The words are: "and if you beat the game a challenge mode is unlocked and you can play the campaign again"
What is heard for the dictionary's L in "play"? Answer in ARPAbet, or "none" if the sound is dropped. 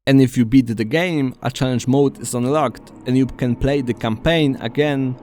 L